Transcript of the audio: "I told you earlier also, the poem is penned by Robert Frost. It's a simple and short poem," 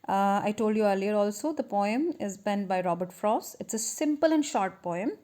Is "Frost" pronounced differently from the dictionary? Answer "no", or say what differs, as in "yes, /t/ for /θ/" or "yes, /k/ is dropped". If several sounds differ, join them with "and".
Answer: yes, /t/ is dropped